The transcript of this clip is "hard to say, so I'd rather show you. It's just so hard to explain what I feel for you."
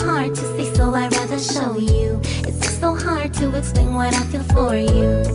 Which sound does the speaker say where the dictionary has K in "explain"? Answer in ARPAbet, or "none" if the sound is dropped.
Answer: none